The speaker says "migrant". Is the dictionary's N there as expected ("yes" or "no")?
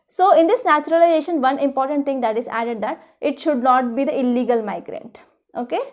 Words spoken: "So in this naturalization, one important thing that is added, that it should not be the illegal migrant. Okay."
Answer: yes